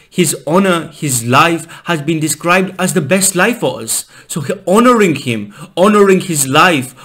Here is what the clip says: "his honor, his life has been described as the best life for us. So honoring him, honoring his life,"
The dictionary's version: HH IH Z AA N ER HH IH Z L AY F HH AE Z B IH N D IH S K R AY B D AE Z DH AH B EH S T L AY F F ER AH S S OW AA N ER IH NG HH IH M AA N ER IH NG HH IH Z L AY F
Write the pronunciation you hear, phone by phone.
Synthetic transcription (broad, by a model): HH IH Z AA N ER HH IH Z L AY F HH AE Z B IH N D IH S K R AY B D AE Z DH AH B EH S T L AY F F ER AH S S OW AA N ER IH NG HH IH M AA N ER IH NG HH IH Z L AY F